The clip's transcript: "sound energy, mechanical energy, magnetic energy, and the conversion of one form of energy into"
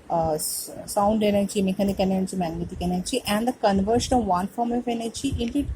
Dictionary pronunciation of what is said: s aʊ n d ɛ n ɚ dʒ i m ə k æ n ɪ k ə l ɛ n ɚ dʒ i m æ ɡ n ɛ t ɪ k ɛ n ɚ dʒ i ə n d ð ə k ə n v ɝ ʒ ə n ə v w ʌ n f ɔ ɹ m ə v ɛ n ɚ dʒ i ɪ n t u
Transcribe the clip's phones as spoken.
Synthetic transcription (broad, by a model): s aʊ n d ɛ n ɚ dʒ i m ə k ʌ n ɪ k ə n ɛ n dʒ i m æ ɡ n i t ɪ k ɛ n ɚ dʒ i ə n d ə k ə n v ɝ ʃ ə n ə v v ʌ n f ɔ ɹ m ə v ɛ n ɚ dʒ i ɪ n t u